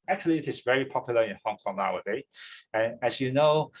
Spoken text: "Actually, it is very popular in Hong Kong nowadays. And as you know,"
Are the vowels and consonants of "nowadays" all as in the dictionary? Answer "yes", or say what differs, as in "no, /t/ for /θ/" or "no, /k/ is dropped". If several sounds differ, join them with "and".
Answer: no, /z/ is dropped